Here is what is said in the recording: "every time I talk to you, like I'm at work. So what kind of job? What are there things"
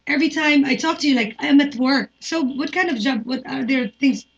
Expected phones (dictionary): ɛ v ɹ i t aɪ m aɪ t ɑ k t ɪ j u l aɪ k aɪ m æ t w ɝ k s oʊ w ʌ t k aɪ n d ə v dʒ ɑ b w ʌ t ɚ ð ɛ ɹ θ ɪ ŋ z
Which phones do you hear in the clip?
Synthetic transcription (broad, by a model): ɛ v ɹ i t aɪ m aɪ t ɑ k t ɪ j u l aɪ k aɪ m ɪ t w ɝ k s oʊ w ʌ t k aɪ n d ə v dʒ ɑ b w ʌ t ɚ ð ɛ ɹ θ ɪ ŋ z